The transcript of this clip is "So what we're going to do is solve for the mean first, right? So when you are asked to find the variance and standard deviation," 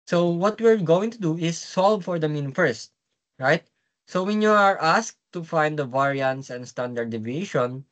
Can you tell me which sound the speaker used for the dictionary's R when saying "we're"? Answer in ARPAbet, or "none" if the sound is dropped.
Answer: R